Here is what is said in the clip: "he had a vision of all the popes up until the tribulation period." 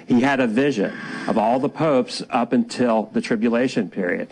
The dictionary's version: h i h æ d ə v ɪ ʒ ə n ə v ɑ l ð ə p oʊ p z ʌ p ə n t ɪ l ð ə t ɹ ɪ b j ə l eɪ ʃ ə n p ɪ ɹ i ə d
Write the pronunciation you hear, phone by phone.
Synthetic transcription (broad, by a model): h i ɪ d ə v ɪ ʒ ə n ə v ɑ l ð ə p oʊ p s ʌ p ə n t ɪ l ð ə t ɹ ɪ b j ə l eɪ ʃ ə n p ɪ ɹ i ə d